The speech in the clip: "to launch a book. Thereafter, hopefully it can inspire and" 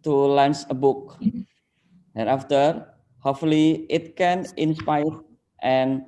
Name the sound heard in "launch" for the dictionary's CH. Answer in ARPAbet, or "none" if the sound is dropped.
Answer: S